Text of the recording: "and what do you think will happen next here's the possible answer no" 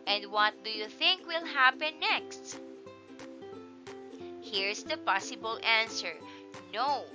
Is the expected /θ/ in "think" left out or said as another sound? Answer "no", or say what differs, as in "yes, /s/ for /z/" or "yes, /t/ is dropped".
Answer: no